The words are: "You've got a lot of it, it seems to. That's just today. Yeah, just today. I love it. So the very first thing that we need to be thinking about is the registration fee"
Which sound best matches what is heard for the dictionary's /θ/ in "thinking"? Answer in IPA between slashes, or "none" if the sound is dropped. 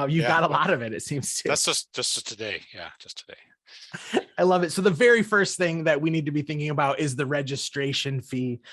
/θ/